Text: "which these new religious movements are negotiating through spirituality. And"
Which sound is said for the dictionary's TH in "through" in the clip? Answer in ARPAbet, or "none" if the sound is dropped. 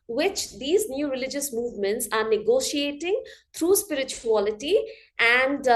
T